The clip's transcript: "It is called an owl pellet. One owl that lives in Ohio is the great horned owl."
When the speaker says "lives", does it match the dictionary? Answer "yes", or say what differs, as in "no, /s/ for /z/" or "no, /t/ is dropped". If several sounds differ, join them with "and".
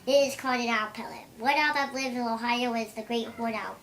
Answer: no, /z/ is dropped